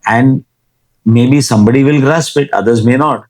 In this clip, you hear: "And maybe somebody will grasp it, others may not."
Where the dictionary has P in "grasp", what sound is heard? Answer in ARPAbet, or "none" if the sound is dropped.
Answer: P